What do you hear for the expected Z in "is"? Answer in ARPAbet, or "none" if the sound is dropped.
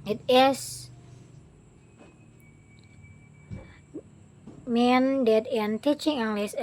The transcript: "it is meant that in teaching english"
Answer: S